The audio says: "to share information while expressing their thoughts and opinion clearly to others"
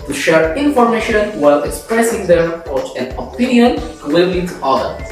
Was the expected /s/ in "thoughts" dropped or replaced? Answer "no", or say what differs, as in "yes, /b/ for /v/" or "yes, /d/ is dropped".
yes, /s/ is dropped